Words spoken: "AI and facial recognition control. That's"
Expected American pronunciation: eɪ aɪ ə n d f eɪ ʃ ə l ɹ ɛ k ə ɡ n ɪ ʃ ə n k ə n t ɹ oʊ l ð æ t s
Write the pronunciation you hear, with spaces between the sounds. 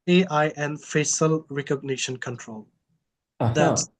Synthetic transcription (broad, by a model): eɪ aɪ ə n f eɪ s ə l ɹ ɛ k ə ɡ n ɪ ʃ ə n k ə n t ɹ oʊ l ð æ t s